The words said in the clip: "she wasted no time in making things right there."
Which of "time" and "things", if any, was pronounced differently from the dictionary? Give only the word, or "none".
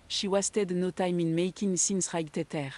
things